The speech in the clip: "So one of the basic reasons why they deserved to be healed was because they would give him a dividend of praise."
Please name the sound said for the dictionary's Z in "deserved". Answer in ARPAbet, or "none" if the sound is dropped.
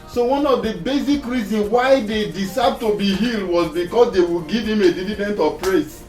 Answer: S